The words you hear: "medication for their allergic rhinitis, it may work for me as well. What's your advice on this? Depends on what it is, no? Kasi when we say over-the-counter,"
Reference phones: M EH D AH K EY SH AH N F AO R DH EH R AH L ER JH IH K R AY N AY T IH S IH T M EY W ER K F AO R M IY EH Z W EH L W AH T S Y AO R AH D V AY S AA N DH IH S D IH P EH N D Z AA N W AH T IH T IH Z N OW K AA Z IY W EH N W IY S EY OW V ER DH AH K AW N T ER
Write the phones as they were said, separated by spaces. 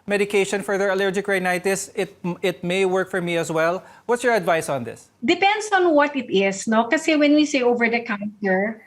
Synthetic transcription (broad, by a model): M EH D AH K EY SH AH N F AO R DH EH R AH L ER JH IH K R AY N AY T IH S IH T M EY W ER K F AO R M IY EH S W EH L W AH T S Y AO R AH D V AY S AA N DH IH S D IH P EH N D S AA N W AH T IH T IH S N OW K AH S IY W EH N W IY S EY OW V ER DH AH K AW N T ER